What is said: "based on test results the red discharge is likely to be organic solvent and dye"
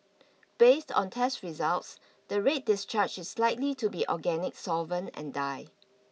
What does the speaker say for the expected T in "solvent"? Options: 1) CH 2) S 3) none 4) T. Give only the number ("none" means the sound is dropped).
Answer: 3